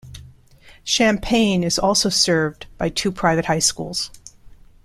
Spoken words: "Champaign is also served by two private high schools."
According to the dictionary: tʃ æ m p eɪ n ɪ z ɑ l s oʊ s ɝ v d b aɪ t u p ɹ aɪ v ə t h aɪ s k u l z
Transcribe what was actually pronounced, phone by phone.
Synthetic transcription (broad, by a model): ʃ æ m p eɪ n ɪ z ɑ l s oʊ s ɝ v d b aɪ t u p ɹ aɪ v ə t h aɪ s k u l z